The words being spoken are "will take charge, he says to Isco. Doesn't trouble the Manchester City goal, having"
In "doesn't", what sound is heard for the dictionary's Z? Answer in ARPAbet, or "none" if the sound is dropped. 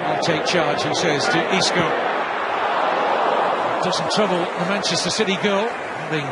S